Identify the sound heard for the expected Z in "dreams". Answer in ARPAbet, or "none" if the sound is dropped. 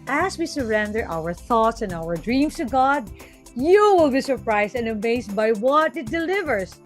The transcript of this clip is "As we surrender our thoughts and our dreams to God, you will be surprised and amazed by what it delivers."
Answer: S